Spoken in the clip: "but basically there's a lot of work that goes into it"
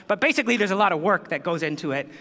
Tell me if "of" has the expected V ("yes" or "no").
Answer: yes